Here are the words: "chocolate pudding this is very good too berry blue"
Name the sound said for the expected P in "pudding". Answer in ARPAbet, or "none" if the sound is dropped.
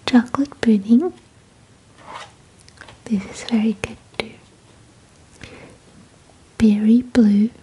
B